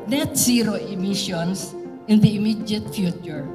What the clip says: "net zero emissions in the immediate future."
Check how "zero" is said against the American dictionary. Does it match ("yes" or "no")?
no